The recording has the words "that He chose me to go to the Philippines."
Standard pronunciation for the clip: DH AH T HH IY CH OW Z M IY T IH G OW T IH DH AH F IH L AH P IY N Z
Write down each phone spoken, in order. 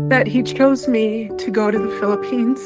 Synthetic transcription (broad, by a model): DH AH T HH IY CH OW Z M IY T IH G OW T IH DH AH F IH L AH P IY N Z